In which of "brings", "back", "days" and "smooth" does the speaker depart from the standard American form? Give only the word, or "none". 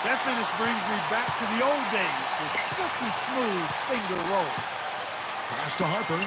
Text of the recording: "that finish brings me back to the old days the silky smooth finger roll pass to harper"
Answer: none